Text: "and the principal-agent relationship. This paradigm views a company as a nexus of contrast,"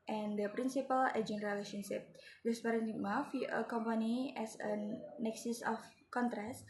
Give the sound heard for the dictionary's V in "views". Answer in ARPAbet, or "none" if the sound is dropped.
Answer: F